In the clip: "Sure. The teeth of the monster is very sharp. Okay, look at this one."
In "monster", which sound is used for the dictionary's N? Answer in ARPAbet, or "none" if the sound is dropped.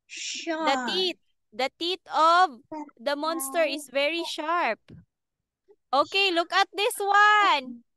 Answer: N